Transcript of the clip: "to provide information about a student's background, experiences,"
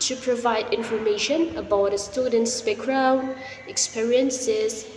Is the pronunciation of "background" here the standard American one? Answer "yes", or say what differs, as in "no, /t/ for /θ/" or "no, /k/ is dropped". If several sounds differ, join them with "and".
no, /d/ is dropped